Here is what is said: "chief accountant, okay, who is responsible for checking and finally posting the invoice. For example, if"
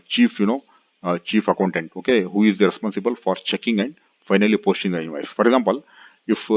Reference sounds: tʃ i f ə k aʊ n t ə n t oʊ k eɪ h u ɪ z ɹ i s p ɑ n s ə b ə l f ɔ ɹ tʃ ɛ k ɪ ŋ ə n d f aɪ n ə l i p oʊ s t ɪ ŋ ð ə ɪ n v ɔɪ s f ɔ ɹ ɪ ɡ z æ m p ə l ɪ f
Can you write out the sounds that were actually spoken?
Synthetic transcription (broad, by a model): tʃ i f ə k aʊ n t ə n t oʊ k eɪ h u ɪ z ɹ i s p ɑ n s ə b ə l f ɔ ɹ tʃ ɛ k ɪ ŋ ə n d f aɪ n ə l i p oʊ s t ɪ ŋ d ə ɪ v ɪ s f ɔ ɹ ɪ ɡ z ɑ m p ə l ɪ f